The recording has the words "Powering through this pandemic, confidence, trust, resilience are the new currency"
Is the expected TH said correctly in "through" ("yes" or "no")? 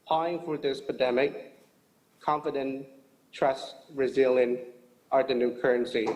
no